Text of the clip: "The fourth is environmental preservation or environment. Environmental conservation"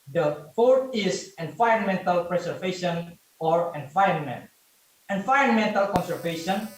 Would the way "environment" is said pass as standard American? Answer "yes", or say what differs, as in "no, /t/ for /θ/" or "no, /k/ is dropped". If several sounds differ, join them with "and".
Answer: no, /ɹ/ is dropped